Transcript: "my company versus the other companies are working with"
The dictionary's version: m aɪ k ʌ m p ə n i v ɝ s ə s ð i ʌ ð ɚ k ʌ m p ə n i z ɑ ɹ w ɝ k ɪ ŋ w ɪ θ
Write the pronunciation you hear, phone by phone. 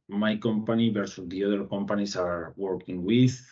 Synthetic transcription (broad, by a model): m aɪ k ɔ m p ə n i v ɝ s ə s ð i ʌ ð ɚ k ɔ m p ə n i s ɑ ɹ w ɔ k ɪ ŋ w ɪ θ